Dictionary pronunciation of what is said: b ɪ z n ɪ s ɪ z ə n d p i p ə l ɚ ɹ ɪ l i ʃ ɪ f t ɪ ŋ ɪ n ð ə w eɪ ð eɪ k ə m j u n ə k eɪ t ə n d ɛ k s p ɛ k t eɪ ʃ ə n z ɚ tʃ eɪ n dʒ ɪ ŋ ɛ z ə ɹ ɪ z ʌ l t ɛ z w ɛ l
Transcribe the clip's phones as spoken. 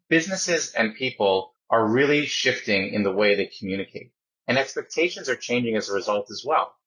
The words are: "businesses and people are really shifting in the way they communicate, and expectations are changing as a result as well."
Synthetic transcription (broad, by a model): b ɪ z n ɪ s ɪ z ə n p i p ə l ɚ ɹ ɪ l i ʃ ɪ f t ɪ ŋ ɪ n ð ə w eɪ ð eɪ k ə m j u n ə k eɪ t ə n ɛ k s p ɛ k t eɪ ʃ ə n z ɚ tʃ eɪ n dʒ ɪ ŋ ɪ z ə ɹ ɪ z ʌ l t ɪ z w ɛ l